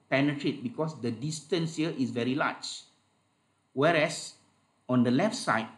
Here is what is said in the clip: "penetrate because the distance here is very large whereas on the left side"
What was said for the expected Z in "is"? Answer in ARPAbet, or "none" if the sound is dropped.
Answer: S